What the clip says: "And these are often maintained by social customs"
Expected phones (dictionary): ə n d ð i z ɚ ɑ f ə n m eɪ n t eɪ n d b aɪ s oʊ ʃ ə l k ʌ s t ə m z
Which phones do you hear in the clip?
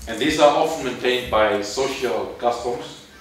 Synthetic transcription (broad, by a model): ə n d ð i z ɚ ɑ f ə n m eɪ n t eɪ n d b aɪ s oʊ ʃ ə l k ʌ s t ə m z